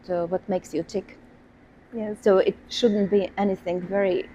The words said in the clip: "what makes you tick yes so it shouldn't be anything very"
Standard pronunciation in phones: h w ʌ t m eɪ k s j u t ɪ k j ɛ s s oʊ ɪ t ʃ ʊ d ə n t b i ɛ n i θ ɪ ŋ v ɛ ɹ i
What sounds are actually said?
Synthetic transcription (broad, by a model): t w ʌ t m eɪ k s j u t ɪ k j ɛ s s oʊ ɪ t ʃ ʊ d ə n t b i ɛ n i θ ɪ ŋ v ɛ ɹ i